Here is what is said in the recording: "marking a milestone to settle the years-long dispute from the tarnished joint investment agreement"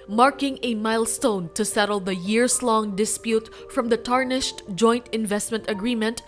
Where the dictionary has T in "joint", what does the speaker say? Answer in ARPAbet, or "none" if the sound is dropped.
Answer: T